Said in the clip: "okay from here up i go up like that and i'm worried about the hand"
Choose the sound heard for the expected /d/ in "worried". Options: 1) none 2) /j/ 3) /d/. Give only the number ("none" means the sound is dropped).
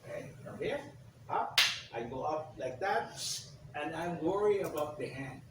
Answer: 1